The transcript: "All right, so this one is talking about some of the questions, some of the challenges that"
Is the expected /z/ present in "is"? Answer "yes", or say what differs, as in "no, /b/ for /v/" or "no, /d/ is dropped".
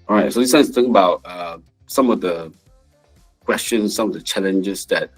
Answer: no, /s/ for /z/